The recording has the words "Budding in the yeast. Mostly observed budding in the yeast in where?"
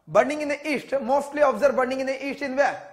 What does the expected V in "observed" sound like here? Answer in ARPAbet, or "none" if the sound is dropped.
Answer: none